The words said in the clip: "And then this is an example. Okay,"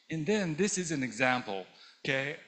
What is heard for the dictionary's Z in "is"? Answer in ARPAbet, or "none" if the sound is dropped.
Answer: Z